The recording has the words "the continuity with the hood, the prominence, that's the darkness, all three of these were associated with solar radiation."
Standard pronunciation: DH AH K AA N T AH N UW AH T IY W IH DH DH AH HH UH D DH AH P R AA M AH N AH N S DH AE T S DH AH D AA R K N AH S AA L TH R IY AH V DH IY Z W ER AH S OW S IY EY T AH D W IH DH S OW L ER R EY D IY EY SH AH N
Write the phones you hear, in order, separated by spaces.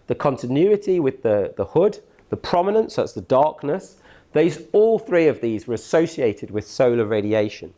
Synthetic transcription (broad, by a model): DH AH K AA N T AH N UW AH T IY W IH DH DH AH HH UH D DH AH P R AA M AH N AH N S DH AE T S DH AH D AA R K N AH S AA L TH R IY AH V DH IY Z W ER AH S OW S IY EY T AH D W IH DH S OW L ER R EY D IY EY SH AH N